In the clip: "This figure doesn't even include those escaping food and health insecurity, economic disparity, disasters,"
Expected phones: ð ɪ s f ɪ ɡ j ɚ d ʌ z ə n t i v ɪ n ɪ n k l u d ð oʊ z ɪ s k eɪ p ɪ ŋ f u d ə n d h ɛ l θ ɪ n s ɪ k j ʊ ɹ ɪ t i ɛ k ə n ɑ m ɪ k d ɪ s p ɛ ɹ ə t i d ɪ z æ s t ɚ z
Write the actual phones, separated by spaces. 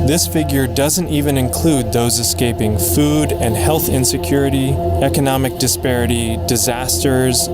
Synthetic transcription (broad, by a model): ð ɪ s f ɪ ɡ j ɚ d ʌ z ə n t i v ɪ n ɪ n k l u d ð oʊ z ɪ s k eɪ p ɪ ŋ f u d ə n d h ɛ l θ ɪ n s ɪ k j ʊ ɹ ɪ t i ɛ k ə n ɑ m ɪ k d ɪ s p ɛ ɹ ə t i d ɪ z æ s t ɚ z